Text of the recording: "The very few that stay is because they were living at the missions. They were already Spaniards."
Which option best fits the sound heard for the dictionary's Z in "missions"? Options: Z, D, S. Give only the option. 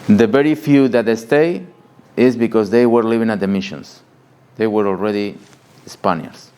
S